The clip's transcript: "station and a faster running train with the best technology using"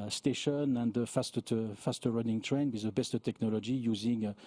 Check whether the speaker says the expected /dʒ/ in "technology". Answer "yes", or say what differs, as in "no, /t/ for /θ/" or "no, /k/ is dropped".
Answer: yes